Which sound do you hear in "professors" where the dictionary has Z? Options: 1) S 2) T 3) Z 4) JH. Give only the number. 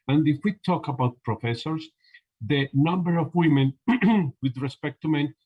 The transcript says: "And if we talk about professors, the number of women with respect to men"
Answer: 1